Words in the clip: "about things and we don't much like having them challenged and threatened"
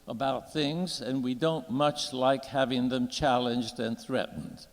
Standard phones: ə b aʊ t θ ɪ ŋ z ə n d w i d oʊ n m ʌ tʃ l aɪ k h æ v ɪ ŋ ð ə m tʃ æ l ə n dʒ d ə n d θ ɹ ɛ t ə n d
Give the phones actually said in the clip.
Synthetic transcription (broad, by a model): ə b aʊ t θ ɪ ŋ z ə n w i d oʊ n m ʌ tʃ l aɪ k h æ v ɪ ŋ ð ə m tʃ æ l ə n dʒ d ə n θ ɹ ɛ t n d